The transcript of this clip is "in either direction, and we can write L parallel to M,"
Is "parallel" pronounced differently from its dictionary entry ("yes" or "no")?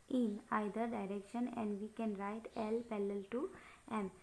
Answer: yes